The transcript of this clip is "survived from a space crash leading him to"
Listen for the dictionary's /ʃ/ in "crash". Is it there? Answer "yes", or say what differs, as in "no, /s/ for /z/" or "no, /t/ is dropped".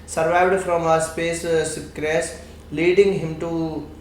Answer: no, /s/ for /ʃ/